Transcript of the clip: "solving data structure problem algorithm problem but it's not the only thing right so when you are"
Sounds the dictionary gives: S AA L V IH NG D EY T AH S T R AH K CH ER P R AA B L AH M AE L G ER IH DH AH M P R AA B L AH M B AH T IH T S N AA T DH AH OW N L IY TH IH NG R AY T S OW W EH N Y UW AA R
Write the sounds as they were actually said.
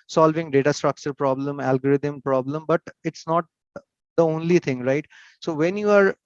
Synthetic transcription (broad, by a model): S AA L V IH NG D EY T AH S T R AH K CH ER P R AA B L AH M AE L G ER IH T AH M P R AA B L AH M B AH T IH T S N AA T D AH OW N L IY T IH NG R AY T S OW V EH N Y UW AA R